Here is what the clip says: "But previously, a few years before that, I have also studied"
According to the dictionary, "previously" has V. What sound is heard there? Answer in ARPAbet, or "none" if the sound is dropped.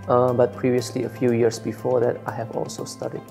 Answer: V